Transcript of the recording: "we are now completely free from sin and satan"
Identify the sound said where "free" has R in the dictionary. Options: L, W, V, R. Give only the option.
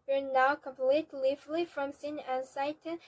L